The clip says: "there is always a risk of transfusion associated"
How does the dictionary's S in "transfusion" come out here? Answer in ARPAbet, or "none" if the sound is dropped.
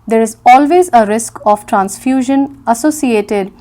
S